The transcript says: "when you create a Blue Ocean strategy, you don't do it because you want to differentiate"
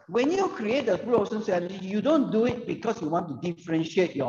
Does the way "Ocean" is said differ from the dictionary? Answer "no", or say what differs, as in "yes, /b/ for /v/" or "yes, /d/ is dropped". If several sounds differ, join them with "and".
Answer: yes, /s/ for /ʃ/